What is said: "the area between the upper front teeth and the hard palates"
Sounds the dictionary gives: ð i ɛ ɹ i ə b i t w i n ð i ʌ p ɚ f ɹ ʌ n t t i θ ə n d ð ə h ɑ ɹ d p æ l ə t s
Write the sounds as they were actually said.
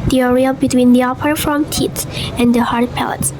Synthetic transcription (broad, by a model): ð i ɛ ɹ i ə b i t w i n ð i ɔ p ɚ ɹ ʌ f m t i s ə n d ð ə h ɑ ɹ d p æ l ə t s